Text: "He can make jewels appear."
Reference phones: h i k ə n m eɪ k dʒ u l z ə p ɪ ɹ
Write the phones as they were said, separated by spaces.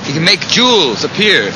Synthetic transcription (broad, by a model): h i k ə n m eɪ k dʒ u l z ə p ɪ ɹ